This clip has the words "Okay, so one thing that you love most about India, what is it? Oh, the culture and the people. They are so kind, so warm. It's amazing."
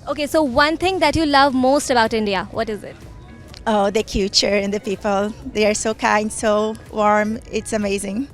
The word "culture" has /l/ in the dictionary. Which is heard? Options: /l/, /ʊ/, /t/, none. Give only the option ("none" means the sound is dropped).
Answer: none